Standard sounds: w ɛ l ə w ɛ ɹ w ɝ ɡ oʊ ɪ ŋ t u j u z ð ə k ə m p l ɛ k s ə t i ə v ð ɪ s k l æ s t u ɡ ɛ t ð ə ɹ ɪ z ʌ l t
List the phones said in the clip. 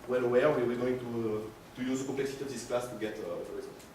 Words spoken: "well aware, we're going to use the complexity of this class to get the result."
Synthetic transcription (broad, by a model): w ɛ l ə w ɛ w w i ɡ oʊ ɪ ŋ t u j u z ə k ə p l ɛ k s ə t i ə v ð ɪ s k l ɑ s t u ɡ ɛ t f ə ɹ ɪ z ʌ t